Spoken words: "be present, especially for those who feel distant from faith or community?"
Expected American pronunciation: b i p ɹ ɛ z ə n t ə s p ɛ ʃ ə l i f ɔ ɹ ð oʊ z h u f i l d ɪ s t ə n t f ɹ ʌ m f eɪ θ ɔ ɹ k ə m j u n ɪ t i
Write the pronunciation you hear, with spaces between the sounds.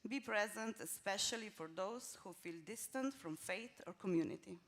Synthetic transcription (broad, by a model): b i p ɹ ɛ z ə n t ə s p ɛ ʃ ə l i f ɔ ɹ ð oʊ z h u f i l d ɪ s t ə n t f ɹ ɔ m f eɪ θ ɔ ɹ k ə m j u n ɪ t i